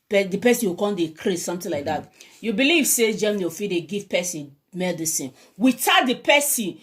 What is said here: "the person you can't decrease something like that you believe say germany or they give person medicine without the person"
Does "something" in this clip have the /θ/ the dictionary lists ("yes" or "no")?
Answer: no